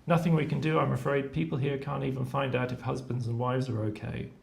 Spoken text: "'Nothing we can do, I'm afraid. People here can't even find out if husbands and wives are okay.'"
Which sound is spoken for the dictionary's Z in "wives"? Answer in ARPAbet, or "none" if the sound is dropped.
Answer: Z